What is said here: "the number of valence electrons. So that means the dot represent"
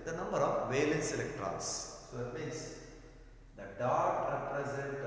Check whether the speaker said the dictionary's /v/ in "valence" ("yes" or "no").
yes